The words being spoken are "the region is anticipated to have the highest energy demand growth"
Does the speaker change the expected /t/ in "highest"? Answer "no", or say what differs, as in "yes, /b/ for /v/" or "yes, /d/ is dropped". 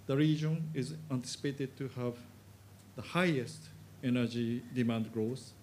no